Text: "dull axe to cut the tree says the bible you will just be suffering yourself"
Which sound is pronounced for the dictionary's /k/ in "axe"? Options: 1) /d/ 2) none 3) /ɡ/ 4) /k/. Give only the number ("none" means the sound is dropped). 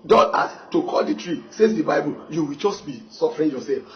2